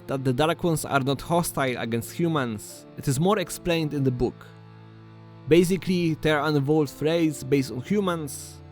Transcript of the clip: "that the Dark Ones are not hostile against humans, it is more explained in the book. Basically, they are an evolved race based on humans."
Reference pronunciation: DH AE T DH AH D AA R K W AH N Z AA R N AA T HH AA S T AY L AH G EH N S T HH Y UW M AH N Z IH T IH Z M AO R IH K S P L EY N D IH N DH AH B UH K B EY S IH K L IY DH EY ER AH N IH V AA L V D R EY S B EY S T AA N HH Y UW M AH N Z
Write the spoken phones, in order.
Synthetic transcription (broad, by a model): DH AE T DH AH D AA L K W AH N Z AA R N AA T HH AA S T AY L AH G EH N S T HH Y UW M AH N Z IH T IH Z M AO R IH K S P L EY N D IH N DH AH B UH K B EY S IH K L IY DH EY ER AH N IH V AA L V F R EY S B EY S T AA N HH Y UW M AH N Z